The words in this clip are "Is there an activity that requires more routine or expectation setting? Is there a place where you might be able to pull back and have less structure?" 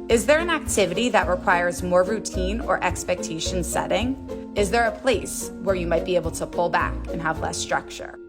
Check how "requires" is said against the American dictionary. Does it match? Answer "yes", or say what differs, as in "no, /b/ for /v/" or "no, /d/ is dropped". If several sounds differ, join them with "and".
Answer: yes